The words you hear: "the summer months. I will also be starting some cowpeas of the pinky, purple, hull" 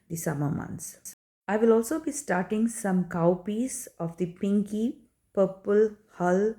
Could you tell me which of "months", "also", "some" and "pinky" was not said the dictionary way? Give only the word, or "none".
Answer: months